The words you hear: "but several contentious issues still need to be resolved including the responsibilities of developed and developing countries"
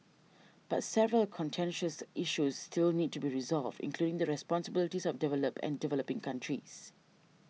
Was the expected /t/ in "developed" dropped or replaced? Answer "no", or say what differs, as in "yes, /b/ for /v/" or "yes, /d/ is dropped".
yes, /t/ is dropped